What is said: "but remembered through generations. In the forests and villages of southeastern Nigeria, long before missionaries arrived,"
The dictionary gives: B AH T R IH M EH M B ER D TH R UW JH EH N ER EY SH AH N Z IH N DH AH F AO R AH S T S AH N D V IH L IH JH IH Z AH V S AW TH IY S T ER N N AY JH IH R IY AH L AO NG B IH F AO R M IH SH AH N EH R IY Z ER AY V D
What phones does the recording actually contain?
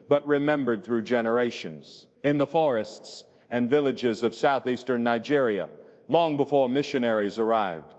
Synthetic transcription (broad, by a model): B AH T R IH M EH M B ER D TH R UW JH EH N ER EY SH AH N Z IH N DH AH F AO R AH S T S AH N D V IH L IH JH IH Z AH V S AW TH IY S T ER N N AY JH IH R IY AH L AO NG B IH F AO R M IH SH AH N EH R IY Z ER AY V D